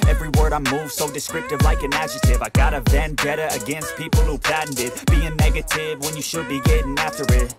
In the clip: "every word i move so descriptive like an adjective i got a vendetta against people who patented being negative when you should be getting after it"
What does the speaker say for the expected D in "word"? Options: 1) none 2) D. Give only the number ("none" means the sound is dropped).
2